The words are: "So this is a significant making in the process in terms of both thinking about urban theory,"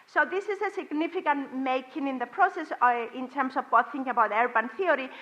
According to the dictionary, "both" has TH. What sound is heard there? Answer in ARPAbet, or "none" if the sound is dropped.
T